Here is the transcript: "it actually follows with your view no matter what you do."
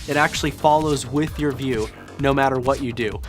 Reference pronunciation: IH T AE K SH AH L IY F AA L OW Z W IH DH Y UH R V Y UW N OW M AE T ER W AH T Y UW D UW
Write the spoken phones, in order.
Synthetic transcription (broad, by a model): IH T AE K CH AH L IY F AA L OW Z W IH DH Y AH R V Y UW N OW M AE T ER W AH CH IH D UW